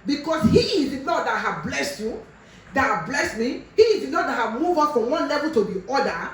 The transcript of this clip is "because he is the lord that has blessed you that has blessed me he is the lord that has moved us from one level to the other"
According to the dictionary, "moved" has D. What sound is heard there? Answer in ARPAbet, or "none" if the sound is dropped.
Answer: none